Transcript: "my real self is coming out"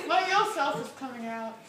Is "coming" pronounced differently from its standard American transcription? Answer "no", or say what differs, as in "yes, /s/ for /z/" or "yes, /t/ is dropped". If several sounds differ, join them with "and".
no